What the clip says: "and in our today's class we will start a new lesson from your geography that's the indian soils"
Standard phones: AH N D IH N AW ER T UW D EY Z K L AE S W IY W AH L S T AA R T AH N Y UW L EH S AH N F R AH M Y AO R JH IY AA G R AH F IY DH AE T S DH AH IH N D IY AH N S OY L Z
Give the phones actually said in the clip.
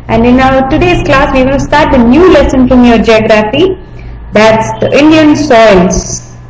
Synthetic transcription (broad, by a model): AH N D IH N AW ER T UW D EY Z K L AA S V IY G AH N S T AA R T AH N Y UW L EH S AH N F R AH M Y AO R JH IY AA G R AH F IY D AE T S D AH IH N D IY AH N S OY L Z